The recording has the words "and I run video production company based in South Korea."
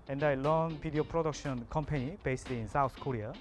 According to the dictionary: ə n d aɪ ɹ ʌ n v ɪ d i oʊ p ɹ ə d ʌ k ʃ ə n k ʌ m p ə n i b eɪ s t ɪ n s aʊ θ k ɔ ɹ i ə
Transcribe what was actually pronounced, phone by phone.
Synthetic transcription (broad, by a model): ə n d aɪ l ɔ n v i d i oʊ p ɹ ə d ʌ k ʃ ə n k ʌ m p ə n i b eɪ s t ɪ n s aʊ t k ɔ ɹ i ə